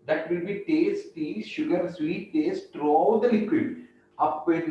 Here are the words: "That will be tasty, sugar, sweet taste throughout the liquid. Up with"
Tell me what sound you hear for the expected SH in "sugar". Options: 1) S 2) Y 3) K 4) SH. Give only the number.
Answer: 4